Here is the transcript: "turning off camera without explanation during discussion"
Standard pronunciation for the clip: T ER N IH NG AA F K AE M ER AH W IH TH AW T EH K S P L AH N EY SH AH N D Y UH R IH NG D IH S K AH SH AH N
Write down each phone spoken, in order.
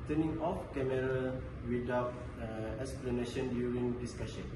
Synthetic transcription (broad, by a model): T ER N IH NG AA F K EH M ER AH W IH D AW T EH K S P L AH N EY SH AH N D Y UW R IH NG D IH S K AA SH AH N